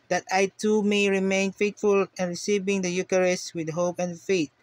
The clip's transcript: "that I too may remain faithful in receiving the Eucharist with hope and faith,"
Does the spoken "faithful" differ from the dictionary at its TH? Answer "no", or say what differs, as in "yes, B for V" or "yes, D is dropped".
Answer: yes, T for TH